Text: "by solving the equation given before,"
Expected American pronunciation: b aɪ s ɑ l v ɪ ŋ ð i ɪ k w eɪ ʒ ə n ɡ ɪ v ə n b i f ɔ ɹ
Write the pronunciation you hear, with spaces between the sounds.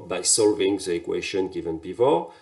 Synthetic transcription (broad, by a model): b aɪ s ɑ l v ɪ ŋ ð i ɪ k w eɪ ʃ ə n ɡ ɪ v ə n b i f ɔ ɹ